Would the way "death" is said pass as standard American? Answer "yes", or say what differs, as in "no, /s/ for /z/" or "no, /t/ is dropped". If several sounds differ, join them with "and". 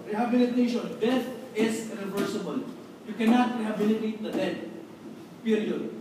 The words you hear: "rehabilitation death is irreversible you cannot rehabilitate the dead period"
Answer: no, /s/ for /θ/